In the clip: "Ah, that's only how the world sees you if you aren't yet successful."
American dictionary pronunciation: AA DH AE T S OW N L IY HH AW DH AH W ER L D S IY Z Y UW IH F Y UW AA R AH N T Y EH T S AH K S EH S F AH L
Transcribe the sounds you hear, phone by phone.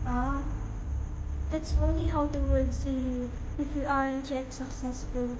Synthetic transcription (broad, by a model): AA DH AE T S OW N L IY HH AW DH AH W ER D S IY Y UW IH F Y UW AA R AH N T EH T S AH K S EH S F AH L